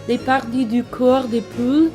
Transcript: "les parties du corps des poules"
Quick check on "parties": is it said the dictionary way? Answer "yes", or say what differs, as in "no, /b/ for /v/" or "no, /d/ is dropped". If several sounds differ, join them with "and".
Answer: no, /z/ is dropped